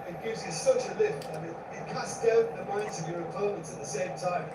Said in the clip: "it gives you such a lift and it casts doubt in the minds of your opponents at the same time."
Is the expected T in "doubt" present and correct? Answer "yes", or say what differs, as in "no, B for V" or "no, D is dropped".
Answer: no, T is dropped